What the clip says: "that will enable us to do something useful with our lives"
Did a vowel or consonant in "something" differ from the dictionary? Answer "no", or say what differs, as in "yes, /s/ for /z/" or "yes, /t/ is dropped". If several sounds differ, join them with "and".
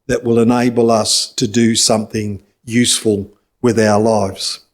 no